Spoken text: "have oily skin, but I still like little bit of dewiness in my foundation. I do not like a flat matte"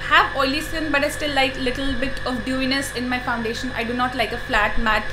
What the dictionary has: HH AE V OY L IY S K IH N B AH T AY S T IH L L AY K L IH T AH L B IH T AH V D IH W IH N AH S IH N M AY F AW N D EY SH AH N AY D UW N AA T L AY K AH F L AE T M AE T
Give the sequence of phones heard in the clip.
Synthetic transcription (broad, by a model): HH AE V OY L IY S IH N B AH T AY S T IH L L AY K L IH T AH L B IH T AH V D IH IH N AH S IH N M AY F AW N D EY SH AH N AY D UW N AA T L AY K AH F L AE T M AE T